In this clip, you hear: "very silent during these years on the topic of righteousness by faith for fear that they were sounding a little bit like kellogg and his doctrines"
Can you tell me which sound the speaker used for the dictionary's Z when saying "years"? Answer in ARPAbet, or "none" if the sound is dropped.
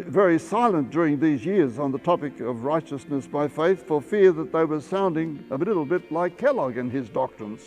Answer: Z